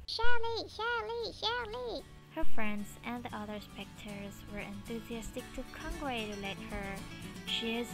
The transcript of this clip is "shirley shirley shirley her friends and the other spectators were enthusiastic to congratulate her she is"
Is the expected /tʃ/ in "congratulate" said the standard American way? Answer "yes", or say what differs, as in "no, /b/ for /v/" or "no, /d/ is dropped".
no, /tʃ/ is dropped